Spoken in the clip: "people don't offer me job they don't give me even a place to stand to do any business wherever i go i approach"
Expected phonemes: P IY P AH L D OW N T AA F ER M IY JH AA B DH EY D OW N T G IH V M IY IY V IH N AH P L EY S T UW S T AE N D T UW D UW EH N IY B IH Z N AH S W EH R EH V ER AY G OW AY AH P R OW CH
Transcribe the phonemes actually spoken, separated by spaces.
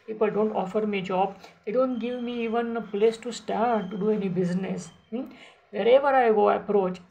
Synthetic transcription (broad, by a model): P IY P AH L D OW N T AA F ER M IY JH AA B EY D OW N T G IH V M IY IY V IH N AH P L EY S T UW S T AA D T UW D UW EH N IY B IH Z N AH S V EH R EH V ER AY G OW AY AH P R OW CH